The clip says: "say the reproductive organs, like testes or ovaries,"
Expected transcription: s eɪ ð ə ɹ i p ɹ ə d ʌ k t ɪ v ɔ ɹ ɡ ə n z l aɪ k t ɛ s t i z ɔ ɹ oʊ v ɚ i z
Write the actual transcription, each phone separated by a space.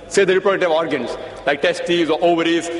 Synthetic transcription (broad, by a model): s eɪ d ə ɹ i p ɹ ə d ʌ t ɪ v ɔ ɹ ɡ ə n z l aɪ k t ɛ s t i z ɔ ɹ oʊ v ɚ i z